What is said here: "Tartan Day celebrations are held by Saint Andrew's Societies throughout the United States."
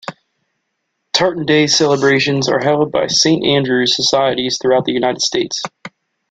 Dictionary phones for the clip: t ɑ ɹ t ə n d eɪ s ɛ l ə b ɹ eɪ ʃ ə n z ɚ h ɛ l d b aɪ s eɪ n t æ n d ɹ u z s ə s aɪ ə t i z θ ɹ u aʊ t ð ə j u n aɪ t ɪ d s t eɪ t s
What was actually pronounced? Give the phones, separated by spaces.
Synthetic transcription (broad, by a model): t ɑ ɹ t n d eɪ s ɛ l ə b ɹ eɪ ʃ ə n z ɚ h ɛ l d b aɪ s eɪ n t æ n d ɹ u z s ə s aɪ ə t i z θ ɹ u aʊ t ð ə j u n aɪ t ɪ d s t eɪ t s